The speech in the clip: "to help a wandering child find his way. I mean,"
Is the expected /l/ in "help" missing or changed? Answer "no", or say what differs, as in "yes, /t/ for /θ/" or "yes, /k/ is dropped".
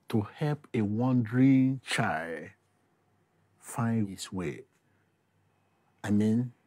no